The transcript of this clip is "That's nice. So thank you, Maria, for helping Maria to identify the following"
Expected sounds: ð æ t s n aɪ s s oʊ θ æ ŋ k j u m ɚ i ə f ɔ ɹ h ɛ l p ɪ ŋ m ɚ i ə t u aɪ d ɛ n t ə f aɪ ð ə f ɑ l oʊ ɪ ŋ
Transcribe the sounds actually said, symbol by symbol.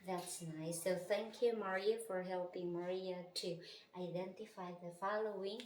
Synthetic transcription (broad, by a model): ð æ t s n aɪ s s oʊ θ æ ŋ k j u m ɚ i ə f ɔ ɹ h ɛ l p ɪ ŋ m ɚ i ə t u aɪ d ɛ n t ə f aɪ ð ə f ɑ l oʊ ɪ ŋ